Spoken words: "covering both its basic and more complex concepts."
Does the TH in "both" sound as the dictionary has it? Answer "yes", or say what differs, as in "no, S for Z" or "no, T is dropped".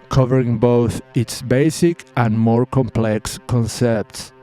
yes